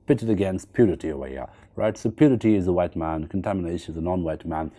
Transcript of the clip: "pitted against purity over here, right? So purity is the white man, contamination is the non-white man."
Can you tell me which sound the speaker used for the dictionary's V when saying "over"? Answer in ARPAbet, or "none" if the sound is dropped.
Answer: none